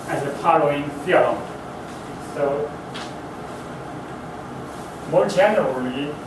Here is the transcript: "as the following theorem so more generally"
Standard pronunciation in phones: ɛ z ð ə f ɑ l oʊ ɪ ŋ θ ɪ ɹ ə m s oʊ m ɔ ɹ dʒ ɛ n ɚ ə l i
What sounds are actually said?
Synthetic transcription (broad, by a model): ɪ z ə p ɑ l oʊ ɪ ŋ f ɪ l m s oʊ m ɔ ɹ dʒ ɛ n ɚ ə l i